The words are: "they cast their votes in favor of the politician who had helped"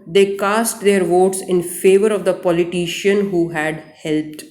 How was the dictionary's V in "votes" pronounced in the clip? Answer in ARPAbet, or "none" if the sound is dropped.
V